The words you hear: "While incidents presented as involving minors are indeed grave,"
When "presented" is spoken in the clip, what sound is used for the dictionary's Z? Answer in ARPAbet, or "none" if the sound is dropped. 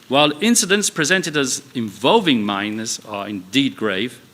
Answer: Z